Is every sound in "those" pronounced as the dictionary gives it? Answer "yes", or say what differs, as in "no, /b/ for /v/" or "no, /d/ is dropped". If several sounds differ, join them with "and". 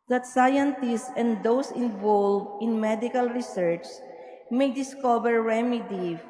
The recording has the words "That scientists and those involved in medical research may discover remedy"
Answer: no, /s/ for /z/